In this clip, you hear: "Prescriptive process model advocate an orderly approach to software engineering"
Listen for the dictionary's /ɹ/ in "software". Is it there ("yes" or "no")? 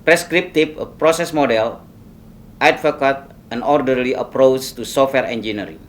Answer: yes